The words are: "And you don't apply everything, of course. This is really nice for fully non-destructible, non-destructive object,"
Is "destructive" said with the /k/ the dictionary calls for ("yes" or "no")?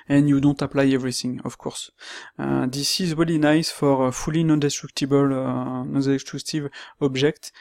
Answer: no